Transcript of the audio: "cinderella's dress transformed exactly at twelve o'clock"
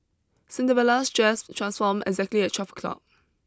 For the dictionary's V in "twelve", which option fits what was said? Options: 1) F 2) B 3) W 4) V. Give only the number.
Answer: 1